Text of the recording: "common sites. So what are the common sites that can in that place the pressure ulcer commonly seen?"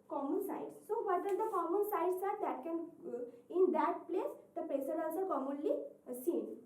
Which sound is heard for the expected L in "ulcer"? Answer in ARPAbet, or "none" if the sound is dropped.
N